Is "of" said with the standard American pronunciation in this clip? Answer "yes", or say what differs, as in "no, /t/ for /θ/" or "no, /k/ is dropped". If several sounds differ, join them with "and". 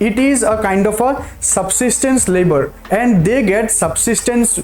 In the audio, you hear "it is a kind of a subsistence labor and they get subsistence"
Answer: no, /p/ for /v/